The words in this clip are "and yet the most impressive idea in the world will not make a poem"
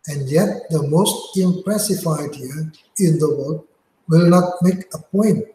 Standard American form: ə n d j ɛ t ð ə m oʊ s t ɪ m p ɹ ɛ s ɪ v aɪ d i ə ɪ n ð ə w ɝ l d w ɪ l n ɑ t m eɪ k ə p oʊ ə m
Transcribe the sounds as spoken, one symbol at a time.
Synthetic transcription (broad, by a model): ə n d j ɛ t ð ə m oʊ s t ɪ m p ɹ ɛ s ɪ f aɪ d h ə ɪ n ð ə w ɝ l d w ɪ l n ɑ t m eɪ k ə p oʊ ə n